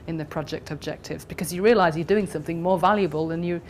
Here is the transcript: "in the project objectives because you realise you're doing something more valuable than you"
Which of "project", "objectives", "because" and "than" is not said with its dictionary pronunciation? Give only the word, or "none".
none